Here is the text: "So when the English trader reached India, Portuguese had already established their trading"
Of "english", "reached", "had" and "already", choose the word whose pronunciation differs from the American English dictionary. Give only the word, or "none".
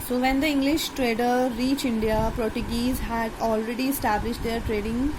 reached